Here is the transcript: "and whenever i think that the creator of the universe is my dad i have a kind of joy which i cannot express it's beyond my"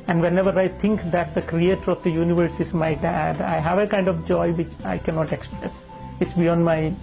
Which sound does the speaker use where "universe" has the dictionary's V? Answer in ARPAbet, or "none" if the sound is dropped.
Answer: V